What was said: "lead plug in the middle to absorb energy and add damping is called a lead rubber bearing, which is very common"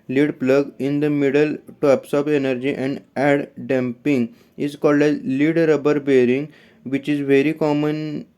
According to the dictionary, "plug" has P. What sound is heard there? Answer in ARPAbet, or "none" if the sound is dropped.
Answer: P